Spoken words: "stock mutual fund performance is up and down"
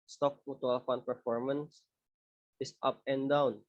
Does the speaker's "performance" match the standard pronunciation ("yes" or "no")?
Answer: yes